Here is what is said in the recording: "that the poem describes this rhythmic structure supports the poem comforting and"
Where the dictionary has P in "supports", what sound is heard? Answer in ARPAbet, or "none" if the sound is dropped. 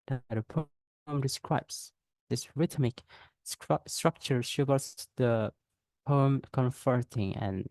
B